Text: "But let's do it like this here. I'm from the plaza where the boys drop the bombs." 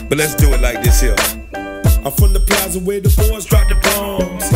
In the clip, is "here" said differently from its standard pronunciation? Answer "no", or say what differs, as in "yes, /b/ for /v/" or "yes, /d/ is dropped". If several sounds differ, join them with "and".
yes, /l/ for /ɹ/